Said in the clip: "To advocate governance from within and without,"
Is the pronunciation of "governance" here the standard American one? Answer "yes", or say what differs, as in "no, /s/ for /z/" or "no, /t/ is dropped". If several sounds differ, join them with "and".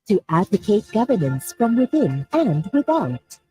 yes